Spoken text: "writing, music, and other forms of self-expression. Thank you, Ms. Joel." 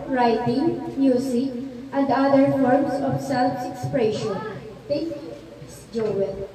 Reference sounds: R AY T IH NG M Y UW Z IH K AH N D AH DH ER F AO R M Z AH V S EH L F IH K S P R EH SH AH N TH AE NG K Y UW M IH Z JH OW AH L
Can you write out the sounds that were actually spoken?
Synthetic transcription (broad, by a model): R AY T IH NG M Y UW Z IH K AH N D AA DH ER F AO R M S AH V S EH L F IH K S P R EH SH AH N T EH K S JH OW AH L